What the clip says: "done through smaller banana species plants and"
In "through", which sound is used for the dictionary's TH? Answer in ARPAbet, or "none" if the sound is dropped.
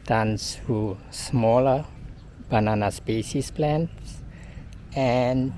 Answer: S